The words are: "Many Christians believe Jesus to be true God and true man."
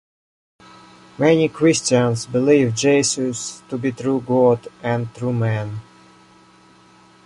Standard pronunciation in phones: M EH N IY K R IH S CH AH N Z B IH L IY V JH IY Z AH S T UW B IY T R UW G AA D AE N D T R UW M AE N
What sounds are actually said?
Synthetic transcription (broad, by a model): M EH N IY K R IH S CH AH N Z B IH L IY V JH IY S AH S T UW B IY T R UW G AA D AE N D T R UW M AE N